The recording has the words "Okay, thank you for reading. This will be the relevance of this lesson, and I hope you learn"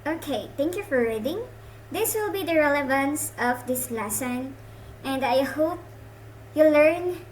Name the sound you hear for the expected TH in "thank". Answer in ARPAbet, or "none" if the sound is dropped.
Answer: T